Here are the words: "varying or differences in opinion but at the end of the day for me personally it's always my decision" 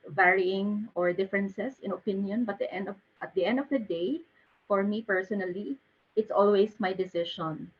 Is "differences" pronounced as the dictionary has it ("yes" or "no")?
no